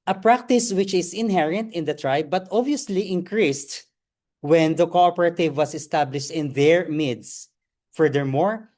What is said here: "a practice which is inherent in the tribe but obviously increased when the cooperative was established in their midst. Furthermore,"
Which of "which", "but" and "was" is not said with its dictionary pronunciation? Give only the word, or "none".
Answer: was